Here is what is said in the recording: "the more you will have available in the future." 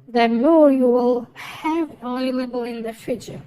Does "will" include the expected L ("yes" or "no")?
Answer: yes